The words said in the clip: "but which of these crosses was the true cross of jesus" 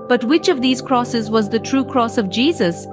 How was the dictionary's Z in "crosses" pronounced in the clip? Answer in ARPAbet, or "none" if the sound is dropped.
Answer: Z